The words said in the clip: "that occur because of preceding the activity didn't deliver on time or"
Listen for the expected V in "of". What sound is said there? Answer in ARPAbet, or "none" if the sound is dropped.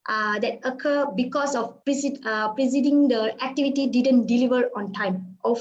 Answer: P